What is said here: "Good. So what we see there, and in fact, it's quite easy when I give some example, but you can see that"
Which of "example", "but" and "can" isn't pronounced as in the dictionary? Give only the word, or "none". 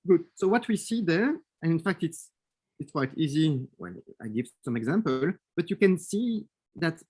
none